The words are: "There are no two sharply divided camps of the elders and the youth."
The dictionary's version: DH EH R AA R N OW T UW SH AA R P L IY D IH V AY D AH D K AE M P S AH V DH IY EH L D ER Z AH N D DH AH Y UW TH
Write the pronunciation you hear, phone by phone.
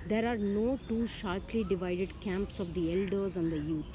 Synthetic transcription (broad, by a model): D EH R AA R N OW T UW SH AA R P L IY D IH V AY D AH D K AE M P S AH V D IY EH L D ER Z AH N D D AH Y UW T